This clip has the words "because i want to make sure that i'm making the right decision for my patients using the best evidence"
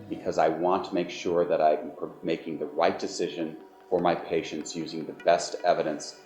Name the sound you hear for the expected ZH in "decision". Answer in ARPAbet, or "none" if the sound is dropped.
ZH